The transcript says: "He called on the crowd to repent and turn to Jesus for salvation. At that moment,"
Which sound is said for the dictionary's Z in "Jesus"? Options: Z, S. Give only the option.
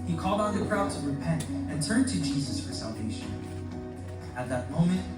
Z